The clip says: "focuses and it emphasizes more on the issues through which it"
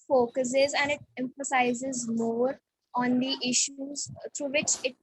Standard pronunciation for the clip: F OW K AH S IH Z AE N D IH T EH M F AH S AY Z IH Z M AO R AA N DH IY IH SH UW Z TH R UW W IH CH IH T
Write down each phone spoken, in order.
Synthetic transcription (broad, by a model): F OW K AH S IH Z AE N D IH T EH M F AH S AY Z IH Z M AO R AA N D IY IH SH UW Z T R UW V IH CH IH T